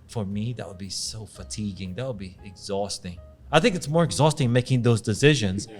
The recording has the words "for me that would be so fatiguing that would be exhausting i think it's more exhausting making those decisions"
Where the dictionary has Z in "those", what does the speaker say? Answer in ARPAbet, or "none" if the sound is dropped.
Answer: Z